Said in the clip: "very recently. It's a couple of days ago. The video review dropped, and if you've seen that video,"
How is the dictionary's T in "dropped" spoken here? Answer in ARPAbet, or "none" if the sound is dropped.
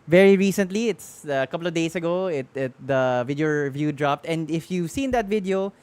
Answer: T